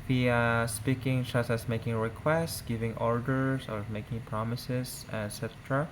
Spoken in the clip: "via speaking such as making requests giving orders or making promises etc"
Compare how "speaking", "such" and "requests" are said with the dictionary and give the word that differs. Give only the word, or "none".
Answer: such